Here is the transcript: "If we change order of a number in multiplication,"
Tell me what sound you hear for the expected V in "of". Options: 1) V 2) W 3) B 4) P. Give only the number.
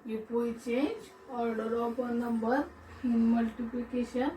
4